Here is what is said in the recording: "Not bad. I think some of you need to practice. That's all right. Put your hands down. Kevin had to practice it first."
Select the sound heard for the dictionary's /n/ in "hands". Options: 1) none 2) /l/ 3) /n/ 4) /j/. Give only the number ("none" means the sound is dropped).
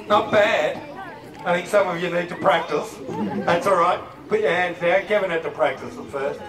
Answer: 3